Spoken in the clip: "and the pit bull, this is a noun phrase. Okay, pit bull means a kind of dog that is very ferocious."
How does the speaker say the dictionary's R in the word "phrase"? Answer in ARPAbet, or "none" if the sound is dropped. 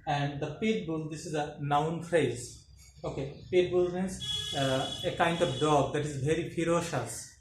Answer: R